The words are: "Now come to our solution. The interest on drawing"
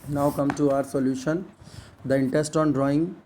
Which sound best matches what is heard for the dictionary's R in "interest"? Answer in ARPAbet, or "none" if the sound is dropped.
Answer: none